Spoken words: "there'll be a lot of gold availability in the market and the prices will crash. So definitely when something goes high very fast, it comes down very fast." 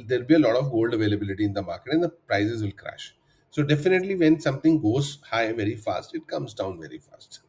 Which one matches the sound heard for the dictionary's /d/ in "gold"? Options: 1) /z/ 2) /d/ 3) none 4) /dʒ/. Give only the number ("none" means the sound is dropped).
2